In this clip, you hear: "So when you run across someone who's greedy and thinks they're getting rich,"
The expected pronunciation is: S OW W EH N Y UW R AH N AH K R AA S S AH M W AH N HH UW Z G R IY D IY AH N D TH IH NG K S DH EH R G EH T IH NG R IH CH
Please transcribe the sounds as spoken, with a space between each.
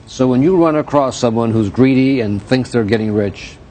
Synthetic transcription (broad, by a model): S OW W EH N Y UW R AH N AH K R AA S S AH M W AH N HH UW Z G R IY D IY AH N TH IH NG K S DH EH R G EH T IH NG R IH CH